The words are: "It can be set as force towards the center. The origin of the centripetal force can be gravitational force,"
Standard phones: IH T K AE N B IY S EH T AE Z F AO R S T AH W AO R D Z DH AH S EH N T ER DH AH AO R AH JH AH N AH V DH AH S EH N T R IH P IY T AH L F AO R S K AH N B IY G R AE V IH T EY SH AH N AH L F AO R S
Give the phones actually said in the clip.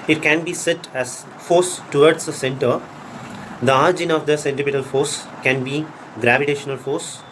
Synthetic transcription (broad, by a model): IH T K AE N B IY S EH T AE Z F AO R S T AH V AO R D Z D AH S EH N T ER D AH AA R JH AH N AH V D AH S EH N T IH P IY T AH L F AO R S K AH N B IY G R AE V IH T EY SH AH N AH L F AO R S